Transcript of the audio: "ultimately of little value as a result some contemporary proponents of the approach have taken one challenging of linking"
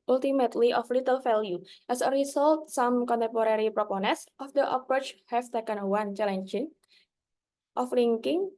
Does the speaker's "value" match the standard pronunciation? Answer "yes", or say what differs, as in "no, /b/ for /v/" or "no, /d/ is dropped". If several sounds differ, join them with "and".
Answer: no, /f/ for /v/